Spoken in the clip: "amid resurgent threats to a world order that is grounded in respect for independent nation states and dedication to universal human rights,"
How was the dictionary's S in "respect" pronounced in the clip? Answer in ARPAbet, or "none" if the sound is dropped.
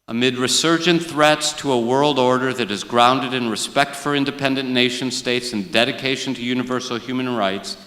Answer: S